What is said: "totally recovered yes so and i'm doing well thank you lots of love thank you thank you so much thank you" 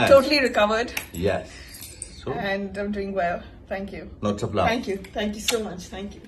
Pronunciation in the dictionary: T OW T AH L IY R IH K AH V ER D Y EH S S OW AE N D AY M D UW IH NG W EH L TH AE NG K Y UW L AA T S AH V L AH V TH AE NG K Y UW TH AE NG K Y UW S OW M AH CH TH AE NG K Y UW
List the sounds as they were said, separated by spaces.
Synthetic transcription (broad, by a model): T OW T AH L IY R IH K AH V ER D Y EH S S OW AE N D AY M D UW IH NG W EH L T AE NG K Y UW N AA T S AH P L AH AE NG K Y UW T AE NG K Y UW S OW M AH CH T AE NG K Y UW